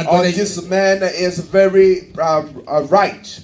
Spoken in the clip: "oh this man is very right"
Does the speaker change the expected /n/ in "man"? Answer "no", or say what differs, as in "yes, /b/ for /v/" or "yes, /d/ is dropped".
no